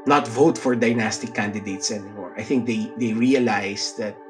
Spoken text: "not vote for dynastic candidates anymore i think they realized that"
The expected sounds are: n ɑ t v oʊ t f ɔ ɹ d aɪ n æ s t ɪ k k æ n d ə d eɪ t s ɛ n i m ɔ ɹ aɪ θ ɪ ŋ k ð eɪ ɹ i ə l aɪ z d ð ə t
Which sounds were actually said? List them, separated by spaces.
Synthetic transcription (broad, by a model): n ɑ t v oʊ t f ɔ ɹ d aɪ n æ s t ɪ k k æ n d ə d eɪ t s ɛ n i m ɔ ɹ aɪ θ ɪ ŋ k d eɪ ɹ i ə l aɪ s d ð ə t